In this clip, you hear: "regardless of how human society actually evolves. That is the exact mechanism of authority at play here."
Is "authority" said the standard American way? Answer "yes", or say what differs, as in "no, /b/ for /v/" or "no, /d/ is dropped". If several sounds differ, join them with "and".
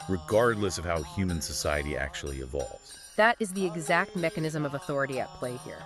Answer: yes